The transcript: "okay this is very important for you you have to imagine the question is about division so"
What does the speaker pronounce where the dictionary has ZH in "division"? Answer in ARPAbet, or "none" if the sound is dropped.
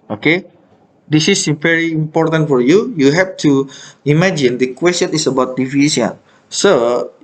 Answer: S